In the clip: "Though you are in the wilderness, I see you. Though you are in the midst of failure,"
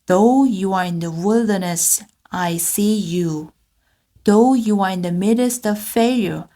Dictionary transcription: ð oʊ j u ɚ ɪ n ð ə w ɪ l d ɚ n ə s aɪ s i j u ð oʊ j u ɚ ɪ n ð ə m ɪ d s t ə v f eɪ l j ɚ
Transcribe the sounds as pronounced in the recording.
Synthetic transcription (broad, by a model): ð oʊ j u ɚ ɪ n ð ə w ɪ l d ɚ n ə s aɪ s i j u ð oʊ j u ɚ ɪ n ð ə m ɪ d s t ə v f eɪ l j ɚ